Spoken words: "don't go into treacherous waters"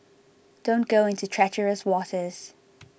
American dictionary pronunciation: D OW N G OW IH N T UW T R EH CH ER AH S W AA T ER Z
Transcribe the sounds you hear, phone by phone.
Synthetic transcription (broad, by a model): D OW N G OW IH N T UW T R EH CH ER AH S W AA T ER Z